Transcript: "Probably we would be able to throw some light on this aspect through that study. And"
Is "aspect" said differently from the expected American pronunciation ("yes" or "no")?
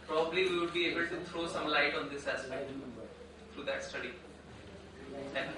yes